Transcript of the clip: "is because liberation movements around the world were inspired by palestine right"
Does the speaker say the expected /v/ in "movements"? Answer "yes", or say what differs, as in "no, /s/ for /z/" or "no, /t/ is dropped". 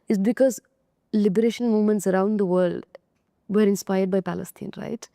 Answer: no, /v/ is dropped